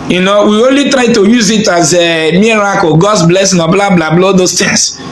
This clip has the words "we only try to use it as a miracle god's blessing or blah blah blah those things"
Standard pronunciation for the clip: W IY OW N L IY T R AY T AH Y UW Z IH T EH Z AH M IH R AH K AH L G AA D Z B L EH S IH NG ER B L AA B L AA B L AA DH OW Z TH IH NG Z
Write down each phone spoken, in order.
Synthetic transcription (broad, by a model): W IY OW N L IY T R AY T AH Y UW Z IH T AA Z AH M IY R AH K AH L G AA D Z B L EH S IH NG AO B L AA B L AA B L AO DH OW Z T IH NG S